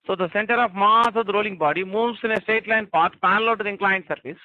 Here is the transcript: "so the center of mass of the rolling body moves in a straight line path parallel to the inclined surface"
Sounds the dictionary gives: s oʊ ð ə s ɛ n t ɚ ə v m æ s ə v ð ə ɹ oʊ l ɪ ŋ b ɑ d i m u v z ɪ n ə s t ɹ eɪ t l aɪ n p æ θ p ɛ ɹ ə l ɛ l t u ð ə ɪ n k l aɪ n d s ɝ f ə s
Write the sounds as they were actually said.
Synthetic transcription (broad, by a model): s oʊ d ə s ɛ n t ɚ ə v m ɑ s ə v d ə ɹ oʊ l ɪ ŋ b ɑ d i m u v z ɪ n ə s t eɪ t l aɪ n p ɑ t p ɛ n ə l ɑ t u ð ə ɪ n k l aɪ n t s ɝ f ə s